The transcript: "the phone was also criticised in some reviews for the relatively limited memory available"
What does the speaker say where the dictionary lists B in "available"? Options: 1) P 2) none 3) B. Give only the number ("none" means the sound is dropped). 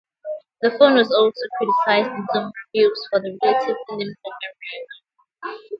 2